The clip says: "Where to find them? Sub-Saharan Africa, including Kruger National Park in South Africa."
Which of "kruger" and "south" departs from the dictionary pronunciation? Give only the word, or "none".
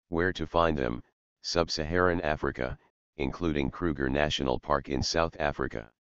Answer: none